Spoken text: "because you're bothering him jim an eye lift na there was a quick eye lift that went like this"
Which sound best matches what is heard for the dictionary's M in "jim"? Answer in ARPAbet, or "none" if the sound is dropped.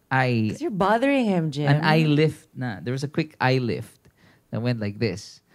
none